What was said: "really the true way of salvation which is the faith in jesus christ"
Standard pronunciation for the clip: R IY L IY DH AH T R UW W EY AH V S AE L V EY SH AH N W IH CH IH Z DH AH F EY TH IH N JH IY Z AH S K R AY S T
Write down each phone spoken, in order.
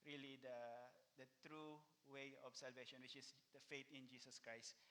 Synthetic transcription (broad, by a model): R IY L IY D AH T R UW W EY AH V S AE L V EY SH AH N W IH CH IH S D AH F EY T IH N JH IY S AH S K R AY S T